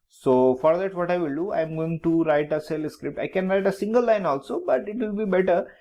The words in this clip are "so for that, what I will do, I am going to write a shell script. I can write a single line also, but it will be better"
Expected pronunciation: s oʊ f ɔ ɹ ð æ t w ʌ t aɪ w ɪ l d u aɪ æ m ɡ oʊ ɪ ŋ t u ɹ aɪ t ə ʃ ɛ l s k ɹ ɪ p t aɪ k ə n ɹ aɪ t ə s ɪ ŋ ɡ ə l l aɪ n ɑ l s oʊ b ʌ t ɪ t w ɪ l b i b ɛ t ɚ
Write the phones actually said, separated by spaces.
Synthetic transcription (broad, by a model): s oʊ f ɔ ɹ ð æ t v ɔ t aɪ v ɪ l d u aɪ m ɡ oʊ ɪ ŋ t u ɹ aɪ t ə s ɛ l s k ɹ ɪ p t aɪ k ə n ɹ aɪ t ə s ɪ ŋ ɡ ə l l aɪ n ɑ l s oʊ b ʌ t ɪ t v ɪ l b i b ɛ t ɚ